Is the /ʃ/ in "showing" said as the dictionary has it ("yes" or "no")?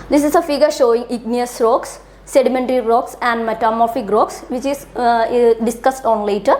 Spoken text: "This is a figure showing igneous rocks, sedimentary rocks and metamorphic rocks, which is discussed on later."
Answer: yes